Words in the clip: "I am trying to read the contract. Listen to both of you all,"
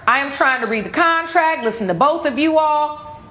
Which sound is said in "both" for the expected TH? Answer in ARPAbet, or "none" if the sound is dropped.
TH